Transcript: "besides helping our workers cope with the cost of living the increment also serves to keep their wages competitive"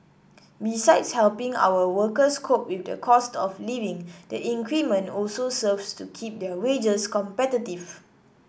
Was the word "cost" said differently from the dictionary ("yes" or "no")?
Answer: no